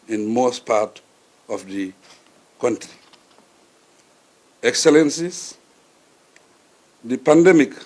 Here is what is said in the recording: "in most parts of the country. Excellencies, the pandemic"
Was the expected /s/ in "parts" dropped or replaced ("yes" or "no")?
yes